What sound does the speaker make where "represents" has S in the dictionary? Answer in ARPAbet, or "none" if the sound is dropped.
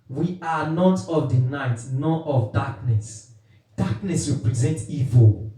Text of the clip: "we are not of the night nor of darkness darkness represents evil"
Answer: none